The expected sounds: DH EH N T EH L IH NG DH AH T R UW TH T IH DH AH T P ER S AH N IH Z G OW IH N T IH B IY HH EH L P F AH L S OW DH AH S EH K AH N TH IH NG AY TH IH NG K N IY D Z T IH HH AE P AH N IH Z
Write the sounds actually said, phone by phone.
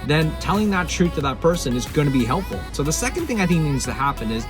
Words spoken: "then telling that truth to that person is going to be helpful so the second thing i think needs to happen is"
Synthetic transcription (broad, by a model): DH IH N T EH L IH NG DH AH T R UW TH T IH DH AH T P ER S AH N IH Z G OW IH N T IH B IY HH EH L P F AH L S OW DH AH S EH K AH N TH IH NG AY TH IH NG K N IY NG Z T IH HH AE P AH N IH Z